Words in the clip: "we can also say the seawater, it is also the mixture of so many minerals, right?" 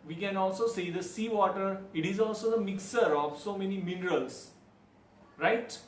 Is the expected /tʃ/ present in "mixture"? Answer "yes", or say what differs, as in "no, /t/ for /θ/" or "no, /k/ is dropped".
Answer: no, /tʃ/ is dropped